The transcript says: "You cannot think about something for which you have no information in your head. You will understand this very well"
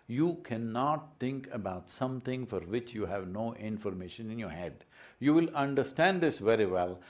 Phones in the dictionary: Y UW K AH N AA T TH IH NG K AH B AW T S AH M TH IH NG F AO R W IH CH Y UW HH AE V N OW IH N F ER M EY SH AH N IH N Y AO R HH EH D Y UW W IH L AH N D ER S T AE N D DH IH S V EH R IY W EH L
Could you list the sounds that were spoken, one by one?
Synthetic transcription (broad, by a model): Y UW K AH N AA T T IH NG K AH B AW T S AH M T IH NG F AO R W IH CH Y UW HH AE V N OW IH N F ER M EY SH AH N IH N Y AO R HH EH D Y UW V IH L AH N D ER S T AE N D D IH S V EH R IY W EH L